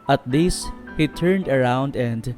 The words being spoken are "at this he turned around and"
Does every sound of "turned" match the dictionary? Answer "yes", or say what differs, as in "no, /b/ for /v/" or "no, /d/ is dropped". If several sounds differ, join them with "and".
yes